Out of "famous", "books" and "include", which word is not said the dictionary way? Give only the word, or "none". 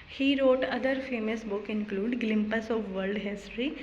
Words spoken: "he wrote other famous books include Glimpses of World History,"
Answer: books